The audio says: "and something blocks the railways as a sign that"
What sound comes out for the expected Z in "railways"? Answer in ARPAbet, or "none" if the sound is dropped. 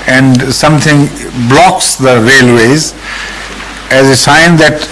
Z